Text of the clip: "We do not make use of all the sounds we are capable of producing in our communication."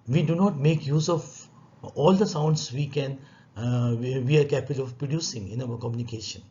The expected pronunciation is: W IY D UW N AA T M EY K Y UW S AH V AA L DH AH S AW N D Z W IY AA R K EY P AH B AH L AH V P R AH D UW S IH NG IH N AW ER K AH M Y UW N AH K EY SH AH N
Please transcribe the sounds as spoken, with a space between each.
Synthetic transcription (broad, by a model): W IY D UW N AA T M EY K Y UW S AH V AA L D AH S AW N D S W IY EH W K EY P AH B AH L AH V P R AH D UW S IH NG IH N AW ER K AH M Y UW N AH K EY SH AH N